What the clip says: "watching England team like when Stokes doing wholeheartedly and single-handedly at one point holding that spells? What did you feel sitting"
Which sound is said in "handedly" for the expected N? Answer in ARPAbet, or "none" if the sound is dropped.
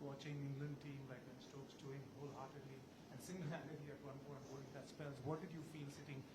none